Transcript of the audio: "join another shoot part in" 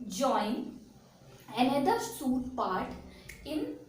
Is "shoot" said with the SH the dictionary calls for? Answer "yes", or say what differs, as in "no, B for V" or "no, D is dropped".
no, S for SH